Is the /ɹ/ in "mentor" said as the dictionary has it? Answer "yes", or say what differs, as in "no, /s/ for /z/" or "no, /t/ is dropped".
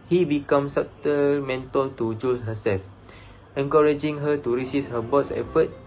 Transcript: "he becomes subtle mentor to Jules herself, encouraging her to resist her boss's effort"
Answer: no, /l/ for /ɹ/